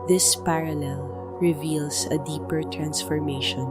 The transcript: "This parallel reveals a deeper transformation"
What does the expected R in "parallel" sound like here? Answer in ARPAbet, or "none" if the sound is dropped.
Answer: R